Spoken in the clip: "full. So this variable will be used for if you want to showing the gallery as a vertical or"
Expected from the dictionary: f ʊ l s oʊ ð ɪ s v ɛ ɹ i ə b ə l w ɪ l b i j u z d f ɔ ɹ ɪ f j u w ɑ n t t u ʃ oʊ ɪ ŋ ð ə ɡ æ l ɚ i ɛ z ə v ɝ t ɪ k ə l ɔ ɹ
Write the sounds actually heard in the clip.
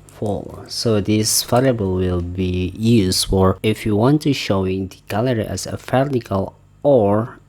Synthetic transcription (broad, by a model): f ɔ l s oʊ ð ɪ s f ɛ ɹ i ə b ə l w ɪ l b i j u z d f ɔ ɹ ɪ f j u w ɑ n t t u ʃ oʊ ɪ ŋ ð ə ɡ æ l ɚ i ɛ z ə f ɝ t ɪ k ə l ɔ ɹ